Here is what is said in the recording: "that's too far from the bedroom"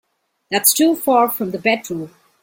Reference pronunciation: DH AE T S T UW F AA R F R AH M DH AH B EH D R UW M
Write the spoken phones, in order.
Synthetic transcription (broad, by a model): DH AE T S T UW F AA R F R AH M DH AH B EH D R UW